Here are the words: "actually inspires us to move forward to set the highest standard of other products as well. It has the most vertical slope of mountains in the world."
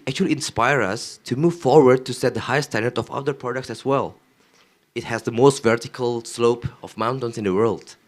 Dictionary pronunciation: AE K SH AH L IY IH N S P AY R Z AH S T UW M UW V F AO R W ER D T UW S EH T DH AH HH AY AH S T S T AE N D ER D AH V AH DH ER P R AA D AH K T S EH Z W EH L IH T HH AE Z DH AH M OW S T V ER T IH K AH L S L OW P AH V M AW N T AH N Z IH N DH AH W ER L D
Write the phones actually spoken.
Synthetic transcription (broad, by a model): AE K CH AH L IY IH N S P AY R AH S T UW M UW V F AO R W ER D T UW S EH T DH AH HH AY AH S S T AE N D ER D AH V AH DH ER P R AA D AH K T S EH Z W EH L IH T HH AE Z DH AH M OW S T V ER T IH K AH L S L OW P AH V M AW N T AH N S IH N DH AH W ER L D